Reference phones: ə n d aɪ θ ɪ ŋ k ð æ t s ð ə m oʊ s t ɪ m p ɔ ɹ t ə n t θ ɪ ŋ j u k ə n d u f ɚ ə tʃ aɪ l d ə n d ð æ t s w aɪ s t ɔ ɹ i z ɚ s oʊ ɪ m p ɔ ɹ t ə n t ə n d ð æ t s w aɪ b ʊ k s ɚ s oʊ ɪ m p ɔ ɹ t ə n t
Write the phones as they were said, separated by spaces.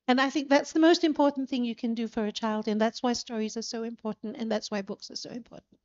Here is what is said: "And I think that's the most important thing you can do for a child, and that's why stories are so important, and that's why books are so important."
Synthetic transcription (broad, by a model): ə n aɪ θ ɪ ŋ k ð æ t s ð ə m oʊ s t ɪ m p ɔ ɹ t n θ ɪ ŋ j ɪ k ə n d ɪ f ɚ ə tʃ aɪ l d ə n ð æ t s w aɪ s t ɔ ɹ i z ɚ s oʊ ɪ m p ɔ ɹ t n t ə n ð æ t s w aɪ b ʊ k s ɚ s oʊ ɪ m p ɔ ɹ t n t